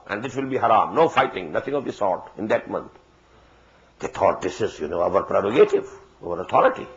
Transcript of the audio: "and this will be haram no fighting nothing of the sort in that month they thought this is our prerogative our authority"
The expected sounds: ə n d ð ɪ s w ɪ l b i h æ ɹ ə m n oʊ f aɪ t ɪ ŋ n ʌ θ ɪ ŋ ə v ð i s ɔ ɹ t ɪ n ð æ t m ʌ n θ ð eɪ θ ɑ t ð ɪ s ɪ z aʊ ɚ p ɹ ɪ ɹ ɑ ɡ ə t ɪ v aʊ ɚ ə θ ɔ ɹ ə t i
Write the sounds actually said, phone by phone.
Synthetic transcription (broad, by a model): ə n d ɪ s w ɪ l b i h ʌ ɹ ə m n oʊ f aɪ t ɪ ŋ n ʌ t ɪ ŋ ə v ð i s ɔ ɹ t ɪ n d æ t m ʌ n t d eɪ t ɑ t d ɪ s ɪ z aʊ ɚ p ɹ ɪ ɹ ɑ ɡ ə t ɪ v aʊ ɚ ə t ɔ ɹ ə t i